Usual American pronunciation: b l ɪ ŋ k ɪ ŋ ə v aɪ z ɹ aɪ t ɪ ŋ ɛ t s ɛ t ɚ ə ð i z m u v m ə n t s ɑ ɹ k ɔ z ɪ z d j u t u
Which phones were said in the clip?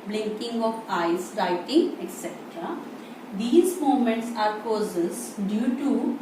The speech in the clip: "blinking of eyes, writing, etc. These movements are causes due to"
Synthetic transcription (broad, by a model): b l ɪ ŋ k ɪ ŋ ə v aɪ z ɹ aɪ t ɪ ŋ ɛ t s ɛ t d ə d i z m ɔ m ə n t s ɑ ɹ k ɔ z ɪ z d j u t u